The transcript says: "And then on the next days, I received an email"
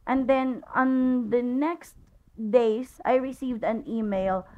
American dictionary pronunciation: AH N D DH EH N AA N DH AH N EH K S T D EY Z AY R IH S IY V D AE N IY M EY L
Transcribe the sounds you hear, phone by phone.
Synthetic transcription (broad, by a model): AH N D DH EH N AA N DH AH N EH K S T D EY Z AY R IH S IY V D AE N IY M EY L